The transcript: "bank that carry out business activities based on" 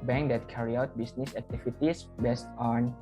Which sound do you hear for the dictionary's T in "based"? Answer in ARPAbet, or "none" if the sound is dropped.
T